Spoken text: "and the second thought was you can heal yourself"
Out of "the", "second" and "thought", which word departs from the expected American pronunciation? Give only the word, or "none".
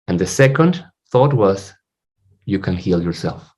none